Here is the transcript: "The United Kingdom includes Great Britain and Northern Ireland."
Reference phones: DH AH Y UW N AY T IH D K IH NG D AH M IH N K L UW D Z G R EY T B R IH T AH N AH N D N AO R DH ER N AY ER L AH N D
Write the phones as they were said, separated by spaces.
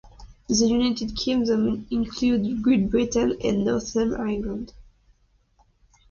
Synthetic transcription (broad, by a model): DH AH Y UW N AY T IH D K IH NG D AH M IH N K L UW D G R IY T B R IH T AH N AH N N AO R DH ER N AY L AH N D